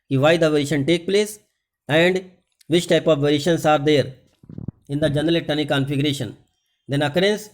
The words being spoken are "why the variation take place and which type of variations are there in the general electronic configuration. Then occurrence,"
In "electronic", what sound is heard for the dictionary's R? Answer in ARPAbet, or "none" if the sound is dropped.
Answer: none